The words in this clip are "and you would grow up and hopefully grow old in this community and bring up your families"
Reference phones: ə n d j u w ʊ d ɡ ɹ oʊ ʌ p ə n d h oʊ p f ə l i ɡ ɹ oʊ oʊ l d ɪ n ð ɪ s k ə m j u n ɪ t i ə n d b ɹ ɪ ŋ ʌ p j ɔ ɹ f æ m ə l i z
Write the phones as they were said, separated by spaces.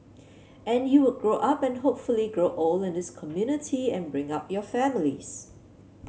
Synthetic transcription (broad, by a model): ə n j u w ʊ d ɡ ɹ oʊ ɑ p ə n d h oʊ p f ə l i ɡ ɹ oʊ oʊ l ɪ n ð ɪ s k ə m j u n ɪ t i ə n b ɹ ɪ ŋ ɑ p j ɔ f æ m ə l i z